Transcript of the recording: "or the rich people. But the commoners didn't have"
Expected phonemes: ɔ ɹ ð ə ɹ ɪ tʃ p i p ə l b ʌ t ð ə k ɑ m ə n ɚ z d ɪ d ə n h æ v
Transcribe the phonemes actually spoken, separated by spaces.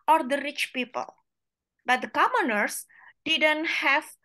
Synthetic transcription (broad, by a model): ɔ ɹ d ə ɹ ɪ tʃ p i p ə l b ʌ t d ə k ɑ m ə n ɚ s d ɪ d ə n h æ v